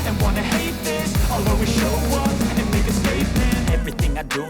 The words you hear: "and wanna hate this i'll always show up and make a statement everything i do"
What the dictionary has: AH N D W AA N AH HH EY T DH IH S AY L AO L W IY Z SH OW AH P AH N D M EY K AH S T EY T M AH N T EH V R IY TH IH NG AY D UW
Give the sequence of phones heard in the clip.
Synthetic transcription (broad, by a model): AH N W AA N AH HH EY T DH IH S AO L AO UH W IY SH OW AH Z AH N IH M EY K AH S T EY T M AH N EH V R IY TH IH NG AY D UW